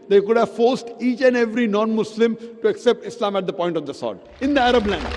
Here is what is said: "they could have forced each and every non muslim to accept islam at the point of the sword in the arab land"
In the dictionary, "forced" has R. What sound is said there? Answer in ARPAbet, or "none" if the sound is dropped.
R